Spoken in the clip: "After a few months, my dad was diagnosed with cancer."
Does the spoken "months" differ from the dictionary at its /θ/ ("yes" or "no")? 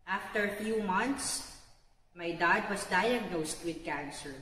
yes